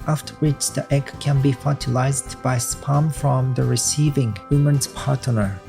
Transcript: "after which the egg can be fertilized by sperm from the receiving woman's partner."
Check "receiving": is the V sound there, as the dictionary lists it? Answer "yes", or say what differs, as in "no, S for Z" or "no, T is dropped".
yes